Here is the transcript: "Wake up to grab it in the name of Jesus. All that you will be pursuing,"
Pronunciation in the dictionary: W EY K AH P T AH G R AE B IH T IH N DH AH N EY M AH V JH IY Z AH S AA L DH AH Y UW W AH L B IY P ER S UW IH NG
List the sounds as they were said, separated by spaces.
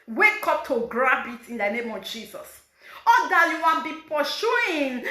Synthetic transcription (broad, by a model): W EY K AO P T AH G R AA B IH T IH N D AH N EY M AH V JH IY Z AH S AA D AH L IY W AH N B IY P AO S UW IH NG